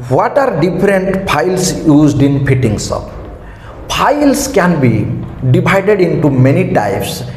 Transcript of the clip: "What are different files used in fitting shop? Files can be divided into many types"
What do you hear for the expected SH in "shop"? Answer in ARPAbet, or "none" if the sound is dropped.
S